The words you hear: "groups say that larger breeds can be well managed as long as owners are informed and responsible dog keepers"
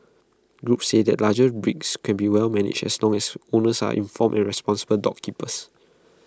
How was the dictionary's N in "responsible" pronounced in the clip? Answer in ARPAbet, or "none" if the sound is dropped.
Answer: N